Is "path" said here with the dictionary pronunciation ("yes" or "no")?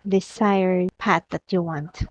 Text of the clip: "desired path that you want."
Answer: no